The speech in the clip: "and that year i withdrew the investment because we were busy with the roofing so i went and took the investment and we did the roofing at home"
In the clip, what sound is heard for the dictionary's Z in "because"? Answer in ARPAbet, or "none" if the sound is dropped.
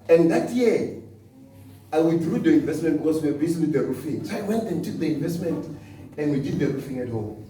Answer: S